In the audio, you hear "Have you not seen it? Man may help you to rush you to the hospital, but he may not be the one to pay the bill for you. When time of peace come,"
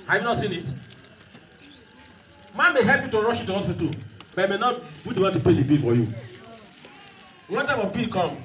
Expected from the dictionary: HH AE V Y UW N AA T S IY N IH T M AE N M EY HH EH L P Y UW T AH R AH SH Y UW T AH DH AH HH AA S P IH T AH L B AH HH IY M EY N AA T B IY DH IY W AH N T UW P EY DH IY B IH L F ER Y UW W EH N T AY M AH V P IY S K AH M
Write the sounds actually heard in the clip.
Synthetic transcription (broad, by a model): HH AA Y UW N AA T S IY N IH T M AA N M EY HH EH L P Y UW T AH R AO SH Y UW T AH HH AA S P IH T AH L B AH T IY M EY N AA T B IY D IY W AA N T UW P EY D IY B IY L F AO Y UW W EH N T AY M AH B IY K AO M